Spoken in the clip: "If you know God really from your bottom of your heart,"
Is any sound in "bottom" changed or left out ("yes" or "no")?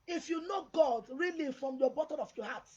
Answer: yes